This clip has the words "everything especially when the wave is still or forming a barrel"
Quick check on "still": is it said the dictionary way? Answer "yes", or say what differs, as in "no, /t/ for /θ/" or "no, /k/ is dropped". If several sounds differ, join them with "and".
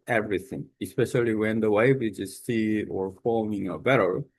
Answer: no, /s/ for /t/